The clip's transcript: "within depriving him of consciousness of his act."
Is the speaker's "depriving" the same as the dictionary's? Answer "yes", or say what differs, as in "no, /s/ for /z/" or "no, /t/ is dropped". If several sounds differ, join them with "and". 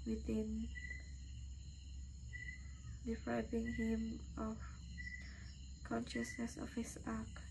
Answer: no, /b/ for /v/